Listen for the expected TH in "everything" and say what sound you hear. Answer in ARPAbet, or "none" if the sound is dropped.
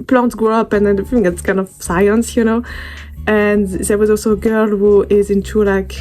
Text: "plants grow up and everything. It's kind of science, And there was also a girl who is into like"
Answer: F